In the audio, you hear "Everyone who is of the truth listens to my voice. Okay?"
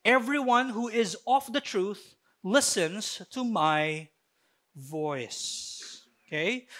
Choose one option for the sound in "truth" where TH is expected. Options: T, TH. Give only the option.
TH